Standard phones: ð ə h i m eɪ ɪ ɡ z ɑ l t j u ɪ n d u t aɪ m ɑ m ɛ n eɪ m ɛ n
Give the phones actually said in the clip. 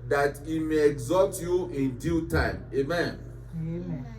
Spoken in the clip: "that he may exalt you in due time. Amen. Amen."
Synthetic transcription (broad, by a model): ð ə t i m eɪ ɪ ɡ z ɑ t j u ɪ n d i t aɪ ɑ m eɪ m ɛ n